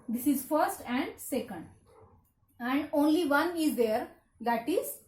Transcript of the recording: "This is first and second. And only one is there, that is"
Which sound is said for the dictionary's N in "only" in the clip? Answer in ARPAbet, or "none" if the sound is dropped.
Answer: N